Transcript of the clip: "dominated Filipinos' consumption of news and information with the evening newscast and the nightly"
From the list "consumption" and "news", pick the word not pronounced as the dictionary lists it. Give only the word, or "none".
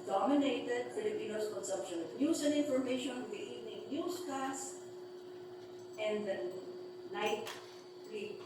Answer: news